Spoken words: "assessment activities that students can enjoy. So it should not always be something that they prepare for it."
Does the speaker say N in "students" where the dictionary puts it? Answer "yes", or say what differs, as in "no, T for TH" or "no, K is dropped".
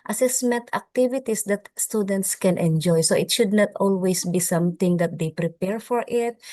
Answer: yes